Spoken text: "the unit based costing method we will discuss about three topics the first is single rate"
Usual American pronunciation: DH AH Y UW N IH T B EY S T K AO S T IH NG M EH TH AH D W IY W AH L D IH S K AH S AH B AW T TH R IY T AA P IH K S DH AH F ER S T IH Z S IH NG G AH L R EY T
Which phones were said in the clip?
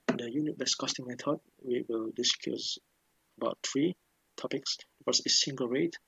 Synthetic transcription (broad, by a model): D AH Y UW N IH T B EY S K AO S T IH NG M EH T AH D W IY W AH L D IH S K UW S AH B AW T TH R IY T AA P IH K S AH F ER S IH S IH NG G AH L R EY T